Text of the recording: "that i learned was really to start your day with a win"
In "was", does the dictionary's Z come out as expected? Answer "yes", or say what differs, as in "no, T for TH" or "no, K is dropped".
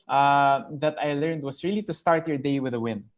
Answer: no, S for Z